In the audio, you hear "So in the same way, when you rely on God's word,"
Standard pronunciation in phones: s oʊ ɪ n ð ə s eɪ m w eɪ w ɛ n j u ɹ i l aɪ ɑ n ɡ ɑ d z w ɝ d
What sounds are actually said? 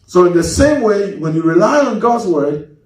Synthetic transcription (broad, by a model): s oʊ ɪ n ð ə s eɪ m w eɪ w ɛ n j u ɹ i l aɪ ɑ n ɡ ɑ d z w ɝ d